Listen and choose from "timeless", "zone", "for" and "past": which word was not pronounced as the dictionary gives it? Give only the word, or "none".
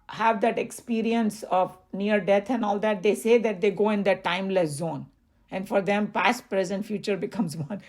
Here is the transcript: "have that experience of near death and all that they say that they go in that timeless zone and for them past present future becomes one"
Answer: none